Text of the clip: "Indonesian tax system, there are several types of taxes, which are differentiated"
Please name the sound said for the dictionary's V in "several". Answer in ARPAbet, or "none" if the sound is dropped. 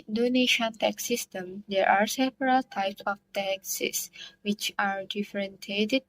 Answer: P